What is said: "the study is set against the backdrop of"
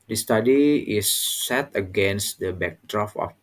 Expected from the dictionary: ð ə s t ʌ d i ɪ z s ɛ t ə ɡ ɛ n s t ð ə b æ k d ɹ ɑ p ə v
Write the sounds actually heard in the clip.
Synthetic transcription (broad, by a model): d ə s t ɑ d i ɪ s ɛ t ə ɡ ɛ n s t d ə b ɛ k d ɹ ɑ f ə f